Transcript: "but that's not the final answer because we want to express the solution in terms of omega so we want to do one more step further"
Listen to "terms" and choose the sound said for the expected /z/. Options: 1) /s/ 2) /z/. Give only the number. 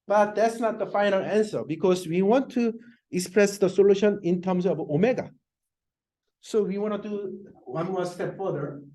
1